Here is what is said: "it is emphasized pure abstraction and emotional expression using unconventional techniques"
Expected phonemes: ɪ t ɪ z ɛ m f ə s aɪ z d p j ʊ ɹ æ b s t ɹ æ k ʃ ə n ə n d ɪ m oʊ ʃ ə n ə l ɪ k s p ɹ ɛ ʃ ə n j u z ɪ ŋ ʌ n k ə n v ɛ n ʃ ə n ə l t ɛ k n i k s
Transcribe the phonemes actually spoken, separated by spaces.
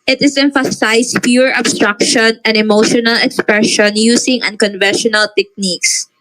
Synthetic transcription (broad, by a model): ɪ t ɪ s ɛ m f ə s aɪ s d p j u ɹ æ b s t ɹ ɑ k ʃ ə n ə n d ɪ m oʊ ʃ ə n ə l ɪ k s p ɹ ɛ ʃ ə n j u s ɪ ŋ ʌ n k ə n v ɛ n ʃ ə n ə l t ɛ k n i k s